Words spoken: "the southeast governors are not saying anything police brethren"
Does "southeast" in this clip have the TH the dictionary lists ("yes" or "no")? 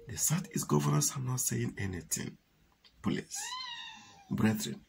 no